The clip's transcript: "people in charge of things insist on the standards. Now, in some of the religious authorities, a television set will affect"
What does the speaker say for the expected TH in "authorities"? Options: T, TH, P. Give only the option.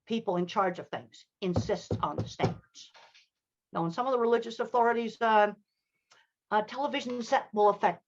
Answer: TH